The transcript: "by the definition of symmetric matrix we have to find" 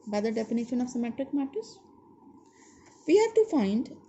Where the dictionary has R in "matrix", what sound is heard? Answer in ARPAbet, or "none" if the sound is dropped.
none